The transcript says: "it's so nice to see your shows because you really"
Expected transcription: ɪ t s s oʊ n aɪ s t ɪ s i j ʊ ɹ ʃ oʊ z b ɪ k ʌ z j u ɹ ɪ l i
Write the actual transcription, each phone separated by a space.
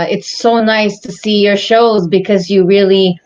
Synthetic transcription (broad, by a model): ɪ t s s oʊ n aɪ s t ɪ s i j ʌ ɹ ʃ oʊ z b ɪ k ʌ z j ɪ ɹ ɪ l i